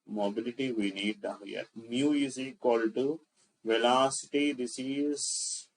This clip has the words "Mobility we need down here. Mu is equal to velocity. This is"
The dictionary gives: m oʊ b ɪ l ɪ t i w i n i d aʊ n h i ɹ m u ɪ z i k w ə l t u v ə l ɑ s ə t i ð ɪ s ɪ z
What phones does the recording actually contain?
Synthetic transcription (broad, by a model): m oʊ b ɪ l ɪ t i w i n i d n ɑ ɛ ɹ m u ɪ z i k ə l t u v ə l ɑ s ə t i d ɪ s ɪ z